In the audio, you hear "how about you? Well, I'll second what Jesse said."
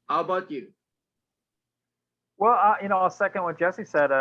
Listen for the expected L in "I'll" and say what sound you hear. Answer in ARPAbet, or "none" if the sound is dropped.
N